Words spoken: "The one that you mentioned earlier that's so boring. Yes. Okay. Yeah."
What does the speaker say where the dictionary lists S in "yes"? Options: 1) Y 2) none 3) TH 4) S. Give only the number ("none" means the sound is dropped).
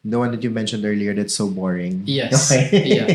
2